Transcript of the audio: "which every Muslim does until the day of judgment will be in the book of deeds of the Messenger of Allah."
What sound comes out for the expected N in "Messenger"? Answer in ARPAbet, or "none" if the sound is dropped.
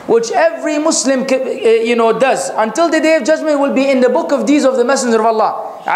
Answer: N